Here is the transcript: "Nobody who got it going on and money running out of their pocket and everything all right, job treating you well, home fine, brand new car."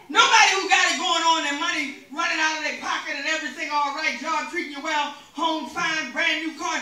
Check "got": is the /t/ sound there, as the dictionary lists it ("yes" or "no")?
no